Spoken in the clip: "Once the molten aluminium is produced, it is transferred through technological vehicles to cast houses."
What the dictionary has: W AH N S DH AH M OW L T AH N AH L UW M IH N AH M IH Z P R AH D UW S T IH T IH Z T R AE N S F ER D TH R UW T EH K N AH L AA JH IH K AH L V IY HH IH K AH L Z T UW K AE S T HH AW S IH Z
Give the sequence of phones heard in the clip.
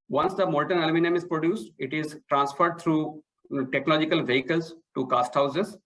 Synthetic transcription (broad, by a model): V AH N S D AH M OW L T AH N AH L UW M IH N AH M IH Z P R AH D UW S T IH T IH Z T R AE N S F ER D T R UW T EH K N AH L AA JH IH K AH L V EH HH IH K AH L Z T UW K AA S T HH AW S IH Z